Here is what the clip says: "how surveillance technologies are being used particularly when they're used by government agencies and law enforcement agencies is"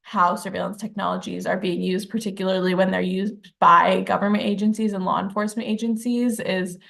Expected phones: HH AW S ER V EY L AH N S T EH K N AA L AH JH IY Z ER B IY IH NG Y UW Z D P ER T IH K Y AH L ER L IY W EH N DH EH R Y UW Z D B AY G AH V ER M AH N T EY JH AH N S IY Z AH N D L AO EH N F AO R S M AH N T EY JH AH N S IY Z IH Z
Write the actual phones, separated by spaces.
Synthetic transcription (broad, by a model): HH AW S ER V EY L AH N S T EH K N AA L AH JH IY Z ER B IY IH NG Y UW Z D P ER T IH K Y L ER L IY W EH N DH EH R Y UW Z D B AY G AH V ER M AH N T EY JH AH N S IY Z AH N L AO EH N F AO R S M AH N T EY JH AH N S IY Z IH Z